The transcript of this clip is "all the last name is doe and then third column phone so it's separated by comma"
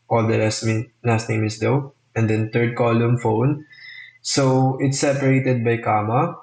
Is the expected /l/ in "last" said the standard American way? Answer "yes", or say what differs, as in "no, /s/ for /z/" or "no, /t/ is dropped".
no, /n/ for /l/